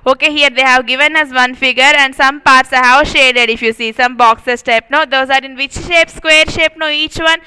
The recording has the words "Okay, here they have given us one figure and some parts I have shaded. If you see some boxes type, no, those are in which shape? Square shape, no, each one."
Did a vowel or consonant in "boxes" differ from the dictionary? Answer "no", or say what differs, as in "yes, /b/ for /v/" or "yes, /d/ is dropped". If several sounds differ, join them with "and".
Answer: yes, /s/ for /z/